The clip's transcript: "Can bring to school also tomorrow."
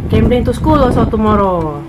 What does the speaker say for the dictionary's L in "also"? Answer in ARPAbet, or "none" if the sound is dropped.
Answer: none